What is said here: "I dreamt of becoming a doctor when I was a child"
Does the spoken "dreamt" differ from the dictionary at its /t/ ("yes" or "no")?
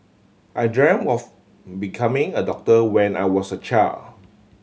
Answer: yes